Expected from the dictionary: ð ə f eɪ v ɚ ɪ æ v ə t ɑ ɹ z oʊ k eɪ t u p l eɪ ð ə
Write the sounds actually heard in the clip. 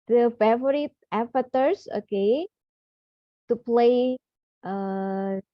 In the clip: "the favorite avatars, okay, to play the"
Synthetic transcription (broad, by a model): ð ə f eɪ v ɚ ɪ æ f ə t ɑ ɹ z oʊ k eɪ t u p l eɪ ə